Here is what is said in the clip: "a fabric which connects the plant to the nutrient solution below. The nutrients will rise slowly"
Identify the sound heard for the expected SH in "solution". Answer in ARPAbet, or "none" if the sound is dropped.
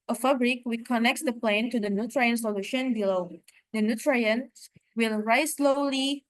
SH